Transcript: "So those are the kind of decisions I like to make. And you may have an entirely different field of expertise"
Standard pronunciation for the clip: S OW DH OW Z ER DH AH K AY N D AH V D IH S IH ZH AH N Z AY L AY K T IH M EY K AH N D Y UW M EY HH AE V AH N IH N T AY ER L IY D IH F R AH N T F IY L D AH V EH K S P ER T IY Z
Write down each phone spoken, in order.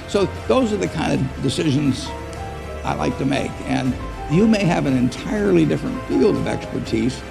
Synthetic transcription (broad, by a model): S OW DH OW Z ER DH AH K AY N D AH V D IH S IH ZH AH N Z AY L AY K T IH M EY K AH N Y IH M EY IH V AH N IH N T AY ER L IY D IH F R AH N T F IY L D AH V EH K S P ER T IY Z